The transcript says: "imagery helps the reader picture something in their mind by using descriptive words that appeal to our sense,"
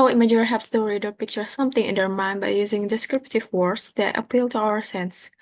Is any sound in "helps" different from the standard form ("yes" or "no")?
yes